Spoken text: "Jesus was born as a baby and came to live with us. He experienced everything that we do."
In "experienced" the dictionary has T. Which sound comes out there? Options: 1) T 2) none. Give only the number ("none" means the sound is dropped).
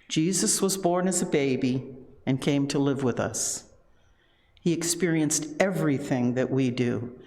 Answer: 1